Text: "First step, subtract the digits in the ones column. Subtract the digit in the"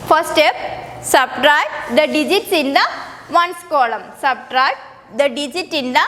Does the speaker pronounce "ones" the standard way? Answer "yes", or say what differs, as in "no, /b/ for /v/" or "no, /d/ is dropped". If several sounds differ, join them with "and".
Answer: no, /s/ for /z/